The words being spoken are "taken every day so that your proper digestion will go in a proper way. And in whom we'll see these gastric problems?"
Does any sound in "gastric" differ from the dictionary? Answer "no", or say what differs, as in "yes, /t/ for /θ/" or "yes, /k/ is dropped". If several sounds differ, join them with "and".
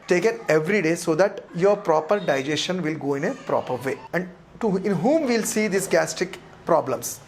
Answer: yes, /ɹ/ is dropped